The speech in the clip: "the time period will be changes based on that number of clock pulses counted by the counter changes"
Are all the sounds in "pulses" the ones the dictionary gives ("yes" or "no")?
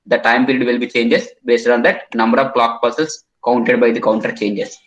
no